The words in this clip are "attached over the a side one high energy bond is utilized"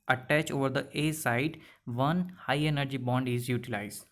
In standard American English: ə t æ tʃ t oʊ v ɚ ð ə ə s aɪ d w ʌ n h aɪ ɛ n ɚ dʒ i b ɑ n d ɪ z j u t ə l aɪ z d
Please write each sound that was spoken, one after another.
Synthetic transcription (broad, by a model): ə t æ tʃ oʊ v ɚ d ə ə s aɪ d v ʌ n h aɪ ɛ n ɚ dʒ i b ɑ n d ɪ z j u t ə l aɪ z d